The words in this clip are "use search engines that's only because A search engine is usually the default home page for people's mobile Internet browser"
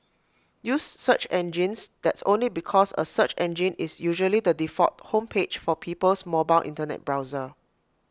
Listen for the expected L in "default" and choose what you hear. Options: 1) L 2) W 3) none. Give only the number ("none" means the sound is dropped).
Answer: 3